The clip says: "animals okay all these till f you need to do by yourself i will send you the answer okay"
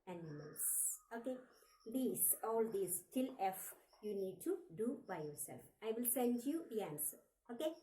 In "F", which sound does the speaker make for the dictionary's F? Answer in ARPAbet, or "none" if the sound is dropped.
F